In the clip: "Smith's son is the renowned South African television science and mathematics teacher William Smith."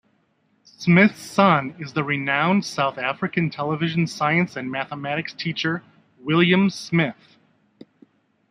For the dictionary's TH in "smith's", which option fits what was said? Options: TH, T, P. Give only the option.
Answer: TH